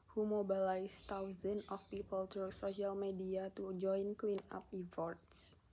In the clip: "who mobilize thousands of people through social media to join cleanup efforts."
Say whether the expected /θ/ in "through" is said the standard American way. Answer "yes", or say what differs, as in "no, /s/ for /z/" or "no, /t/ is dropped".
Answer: no, /t/ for /θ/